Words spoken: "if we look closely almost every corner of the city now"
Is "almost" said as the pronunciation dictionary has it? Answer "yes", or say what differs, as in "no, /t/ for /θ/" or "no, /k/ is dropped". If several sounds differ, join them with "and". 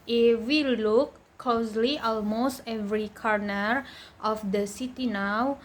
yes